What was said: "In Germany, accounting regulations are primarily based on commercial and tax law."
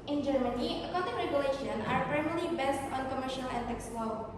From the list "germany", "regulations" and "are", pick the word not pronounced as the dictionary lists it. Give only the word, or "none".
regulations